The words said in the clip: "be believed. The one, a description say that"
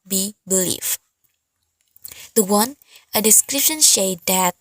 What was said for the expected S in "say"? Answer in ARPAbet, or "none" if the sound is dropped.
SH